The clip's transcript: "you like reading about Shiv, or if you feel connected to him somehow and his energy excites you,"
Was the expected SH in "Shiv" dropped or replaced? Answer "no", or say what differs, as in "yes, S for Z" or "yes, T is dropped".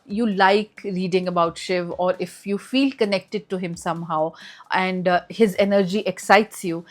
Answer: no